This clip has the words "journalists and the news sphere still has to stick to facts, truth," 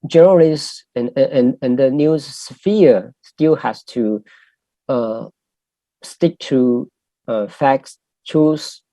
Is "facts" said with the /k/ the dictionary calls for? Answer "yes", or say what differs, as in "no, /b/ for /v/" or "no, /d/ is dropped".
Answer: yes